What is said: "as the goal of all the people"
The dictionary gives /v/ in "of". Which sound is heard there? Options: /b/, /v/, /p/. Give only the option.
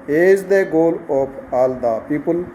/p/